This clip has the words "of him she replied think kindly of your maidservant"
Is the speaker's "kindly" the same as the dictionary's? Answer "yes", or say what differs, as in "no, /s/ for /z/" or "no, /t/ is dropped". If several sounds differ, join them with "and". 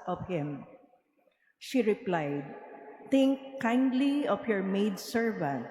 yes